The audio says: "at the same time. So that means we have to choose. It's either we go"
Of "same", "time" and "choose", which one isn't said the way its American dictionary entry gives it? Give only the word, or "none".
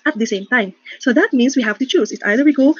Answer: choose